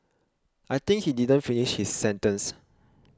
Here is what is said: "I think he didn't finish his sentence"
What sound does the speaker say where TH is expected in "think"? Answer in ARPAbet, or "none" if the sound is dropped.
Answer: T